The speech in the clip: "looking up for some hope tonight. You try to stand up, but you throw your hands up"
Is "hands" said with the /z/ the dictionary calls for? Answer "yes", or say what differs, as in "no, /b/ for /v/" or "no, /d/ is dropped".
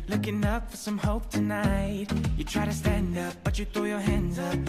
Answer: yes